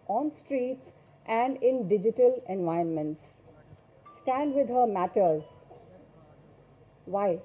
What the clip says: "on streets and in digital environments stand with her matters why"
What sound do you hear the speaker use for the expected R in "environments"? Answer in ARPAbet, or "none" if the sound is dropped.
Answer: none